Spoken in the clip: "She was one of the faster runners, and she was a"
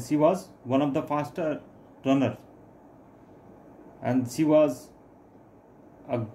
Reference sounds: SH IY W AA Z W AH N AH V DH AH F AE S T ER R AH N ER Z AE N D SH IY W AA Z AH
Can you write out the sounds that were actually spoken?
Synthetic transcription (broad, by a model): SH IY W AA Z W AH N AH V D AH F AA S T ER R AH N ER AE N D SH IY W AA Z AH